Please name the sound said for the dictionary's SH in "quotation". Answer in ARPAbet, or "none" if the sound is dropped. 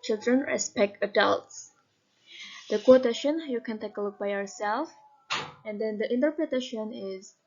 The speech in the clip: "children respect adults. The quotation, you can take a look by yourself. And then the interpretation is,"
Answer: SH